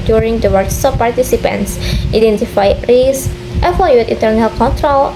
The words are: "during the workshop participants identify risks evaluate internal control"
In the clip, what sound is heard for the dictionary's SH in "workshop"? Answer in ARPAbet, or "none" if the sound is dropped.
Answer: S